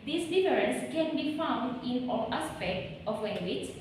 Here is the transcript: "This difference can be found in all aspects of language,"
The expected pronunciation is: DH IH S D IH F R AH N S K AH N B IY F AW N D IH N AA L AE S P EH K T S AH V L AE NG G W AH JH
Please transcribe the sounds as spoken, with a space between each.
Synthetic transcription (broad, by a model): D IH S D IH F R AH N S K AH N B IY F AW N D IH N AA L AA S P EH K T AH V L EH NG G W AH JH